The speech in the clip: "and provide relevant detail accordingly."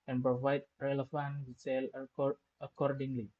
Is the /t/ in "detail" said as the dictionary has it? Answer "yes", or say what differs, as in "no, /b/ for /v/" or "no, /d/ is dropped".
no, /s/ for /t/